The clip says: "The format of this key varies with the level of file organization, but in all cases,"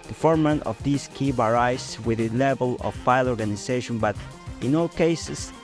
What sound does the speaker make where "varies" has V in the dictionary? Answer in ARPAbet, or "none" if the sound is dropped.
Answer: B